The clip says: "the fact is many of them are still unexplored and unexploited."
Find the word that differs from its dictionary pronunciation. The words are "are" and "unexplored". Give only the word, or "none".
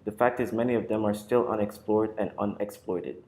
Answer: none